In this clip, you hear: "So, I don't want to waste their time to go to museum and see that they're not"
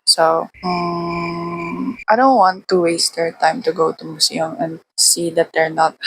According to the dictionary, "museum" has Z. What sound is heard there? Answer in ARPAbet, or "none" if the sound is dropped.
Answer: S